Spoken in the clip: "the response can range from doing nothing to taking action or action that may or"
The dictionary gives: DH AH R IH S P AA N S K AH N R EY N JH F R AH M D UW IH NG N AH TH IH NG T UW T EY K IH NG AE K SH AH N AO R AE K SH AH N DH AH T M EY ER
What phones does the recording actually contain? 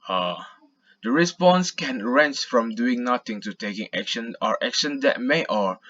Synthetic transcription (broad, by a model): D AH R IH S P AA N S K AH N R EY N CH F R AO M D UW IH NG N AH T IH NG T UW T EY K IH NG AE K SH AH N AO R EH K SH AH N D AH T M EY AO